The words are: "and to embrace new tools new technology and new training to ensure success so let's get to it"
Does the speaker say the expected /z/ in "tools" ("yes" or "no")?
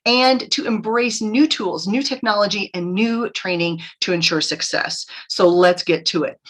yes